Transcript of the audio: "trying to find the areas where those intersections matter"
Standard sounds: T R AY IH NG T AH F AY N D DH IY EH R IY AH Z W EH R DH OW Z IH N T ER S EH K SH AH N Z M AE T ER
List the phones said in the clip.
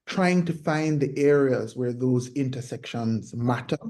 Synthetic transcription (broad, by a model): T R AY IH NG T AH F AY N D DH IY EH R IY AH Z W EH R DH OW Z IH N T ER S EH K SH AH N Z M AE T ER